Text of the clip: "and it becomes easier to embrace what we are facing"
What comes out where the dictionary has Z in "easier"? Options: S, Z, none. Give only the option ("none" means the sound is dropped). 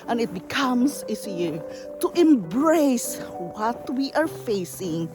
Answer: S